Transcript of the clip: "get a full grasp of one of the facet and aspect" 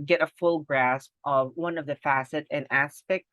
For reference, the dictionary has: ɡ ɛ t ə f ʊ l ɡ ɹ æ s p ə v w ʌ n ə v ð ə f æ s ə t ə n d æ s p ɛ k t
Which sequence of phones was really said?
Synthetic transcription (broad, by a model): ɡ ɛ t ə f ʊ l ɡ ɹ æ s p ə v w ʌ n ə v ð ə f æ s ə t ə n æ s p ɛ k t